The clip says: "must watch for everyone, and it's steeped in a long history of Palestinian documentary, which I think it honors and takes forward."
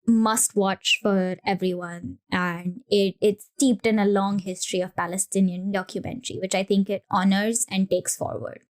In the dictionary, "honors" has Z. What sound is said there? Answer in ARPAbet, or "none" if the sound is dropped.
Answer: Z